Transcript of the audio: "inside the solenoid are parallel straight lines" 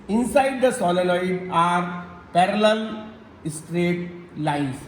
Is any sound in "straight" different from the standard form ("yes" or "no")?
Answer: no